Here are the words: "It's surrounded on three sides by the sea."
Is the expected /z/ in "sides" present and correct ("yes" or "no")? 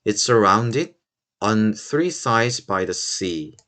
yes